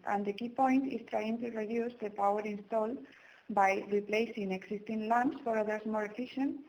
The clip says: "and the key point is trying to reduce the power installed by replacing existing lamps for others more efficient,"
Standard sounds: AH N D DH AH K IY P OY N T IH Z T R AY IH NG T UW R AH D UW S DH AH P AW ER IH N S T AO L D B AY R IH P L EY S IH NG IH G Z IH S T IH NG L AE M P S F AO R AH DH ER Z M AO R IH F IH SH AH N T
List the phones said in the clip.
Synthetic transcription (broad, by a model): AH N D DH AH K IY P OY N T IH S T R AY IH NG T UW R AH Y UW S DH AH P AW ER IH N S T AO L D B AY R IH P L EY S IH NG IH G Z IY S T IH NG L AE M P S F AO R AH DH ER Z M AO R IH F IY SH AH N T